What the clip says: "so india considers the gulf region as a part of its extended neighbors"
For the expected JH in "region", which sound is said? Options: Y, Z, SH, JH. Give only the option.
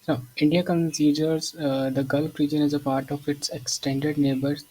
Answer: JH